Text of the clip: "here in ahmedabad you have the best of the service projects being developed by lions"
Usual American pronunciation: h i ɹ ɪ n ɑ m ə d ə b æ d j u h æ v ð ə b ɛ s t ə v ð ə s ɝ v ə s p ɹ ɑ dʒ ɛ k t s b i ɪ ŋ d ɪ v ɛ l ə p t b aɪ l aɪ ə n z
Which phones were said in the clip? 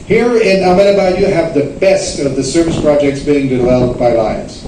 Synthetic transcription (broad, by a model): h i ɹ ɪ n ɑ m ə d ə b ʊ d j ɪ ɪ v ð ə b ɛ s t ə v ð ə s ɝ v ə s p ɹ ɑ dʒ ɛ k t s b i ɪ ŋ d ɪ w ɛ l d b aɪ l aɪ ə n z